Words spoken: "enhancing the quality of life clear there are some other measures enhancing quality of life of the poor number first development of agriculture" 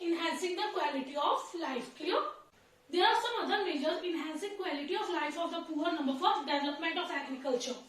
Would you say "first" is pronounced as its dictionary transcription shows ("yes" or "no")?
no